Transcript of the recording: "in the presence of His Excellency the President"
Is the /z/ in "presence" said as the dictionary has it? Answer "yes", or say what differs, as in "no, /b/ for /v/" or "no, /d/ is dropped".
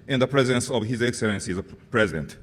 yes